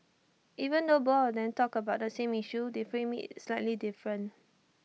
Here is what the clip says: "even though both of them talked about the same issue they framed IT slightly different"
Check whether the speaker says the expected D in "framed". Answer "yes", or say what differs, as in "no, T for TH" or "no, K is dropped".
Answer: no, D is dropped